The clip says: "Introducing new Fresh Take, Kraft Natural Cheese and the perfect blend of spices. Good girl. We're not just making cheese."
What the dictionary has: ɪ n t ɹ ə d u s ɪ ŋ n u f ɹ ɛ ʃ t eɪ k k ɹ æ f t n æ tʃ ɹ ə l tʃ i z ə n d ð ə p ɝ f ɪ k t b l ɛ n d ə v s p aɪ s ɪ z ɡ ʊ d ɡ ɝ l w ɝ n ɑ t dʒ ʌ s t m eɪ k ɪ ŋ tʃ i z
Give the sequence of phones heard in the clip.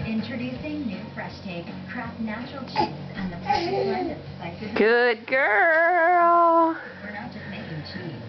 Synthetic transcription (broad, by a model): ɪ n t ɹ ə d u s ɪ ŋ n u f ɹ ɛ ʃ t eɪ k k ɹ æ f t n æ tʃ ɹ l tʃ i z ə n ð ə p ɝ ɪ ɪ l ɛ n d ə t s aɪ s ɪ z ɡ ʊ d ɡ ɝ l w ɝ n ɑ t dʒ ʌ s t m eɪ k ɪ ŋ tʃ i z